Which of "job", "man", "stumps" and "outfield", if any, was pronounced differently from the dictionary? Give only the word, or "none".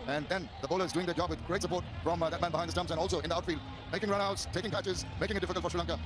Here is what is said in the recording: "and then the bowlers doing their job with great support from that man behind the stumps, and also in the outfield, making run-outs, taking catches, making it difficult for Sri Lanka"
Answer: stumps